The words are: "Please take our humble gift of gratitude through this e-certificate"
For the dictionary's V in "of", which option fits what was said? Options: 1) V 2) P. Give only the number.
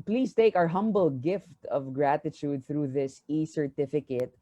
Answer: 1